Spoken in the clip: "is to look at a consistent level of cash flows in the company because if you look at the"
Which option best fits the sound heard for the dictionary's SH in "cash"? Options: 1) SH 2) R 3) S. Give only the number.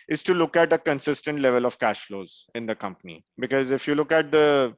1